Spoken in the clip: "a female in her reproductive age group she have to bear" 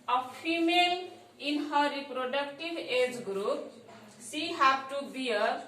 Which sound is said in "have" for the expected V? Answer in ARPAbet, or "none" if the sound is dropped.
P